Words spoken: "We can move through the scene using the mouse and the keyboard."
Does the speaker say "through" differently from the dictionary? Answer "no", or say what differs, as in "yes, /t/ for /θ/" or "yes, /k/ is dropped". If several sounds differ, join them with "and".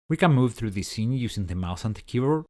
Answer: no